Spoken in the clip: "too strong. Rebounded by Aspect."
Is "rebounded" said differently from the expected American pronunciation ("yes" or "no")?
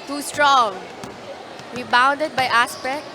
yes